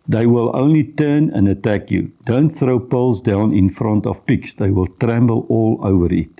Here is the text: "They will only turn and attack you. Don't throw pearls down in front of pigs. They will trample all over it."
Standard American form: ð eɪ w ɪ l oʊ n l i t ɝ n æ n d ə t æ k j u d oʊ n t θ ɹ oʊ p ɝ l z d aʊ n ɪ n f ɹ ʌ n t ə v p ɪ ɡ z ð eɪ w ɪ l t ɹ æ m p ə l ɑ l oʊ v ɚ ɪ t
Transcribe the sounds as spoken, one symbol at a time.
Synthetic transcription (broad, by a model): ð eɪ w ɪ l oʊ n l i t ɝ n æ n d ə t æ k j u d oʊ n t θ ɹ oʊ p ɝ l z d aʊ n ɪ n f ɹ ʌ n t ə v p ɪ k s ð eɪ w ɪ l t ɹ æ m b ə l ɑ l oʊ v ɚ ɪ t